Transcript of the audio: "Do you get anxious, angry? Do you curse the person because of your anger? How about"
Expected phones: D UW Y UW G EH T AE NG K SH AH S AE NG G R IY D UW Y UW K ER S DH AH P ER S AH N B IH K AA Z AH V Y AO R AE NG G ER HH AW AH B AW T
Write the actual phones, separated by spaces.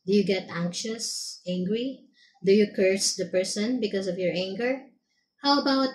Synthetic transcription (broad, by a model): D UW Y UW G EH T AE NG K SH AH S AE NG G R IY D UW Y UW K ER S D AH P ER S AH N B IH K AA S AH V Y AO R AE NG G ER HH AW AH B AW T